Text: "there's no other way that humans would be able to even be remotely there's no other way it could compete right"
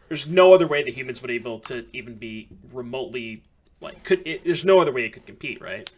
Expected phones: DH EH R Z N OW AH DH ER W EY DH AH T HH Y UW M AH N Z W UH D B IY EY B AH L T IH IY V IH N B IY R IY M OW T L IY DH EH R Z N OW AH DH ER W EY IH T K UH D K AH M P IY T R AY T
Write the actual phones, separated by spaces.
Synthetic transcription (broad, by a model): DH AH R Z N OW AH DH ER W EY DH AH T HH Y UW M AH N Z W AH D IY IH B L T IH IY V IH N B IY R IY M OW T L IY DH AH R Z N OW AH DH ER W EY IH T K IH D K M P IY T R AY T